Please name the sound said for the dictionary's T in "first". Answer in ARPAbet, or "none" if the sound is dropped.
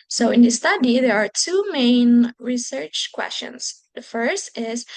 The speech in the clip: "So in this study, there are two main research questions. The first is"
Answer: T